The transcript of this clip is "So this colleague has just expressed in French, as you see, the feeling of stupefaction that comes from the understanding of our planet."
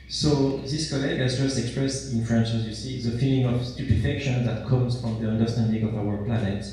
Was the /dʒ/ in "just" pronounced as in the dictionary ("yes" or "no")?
yes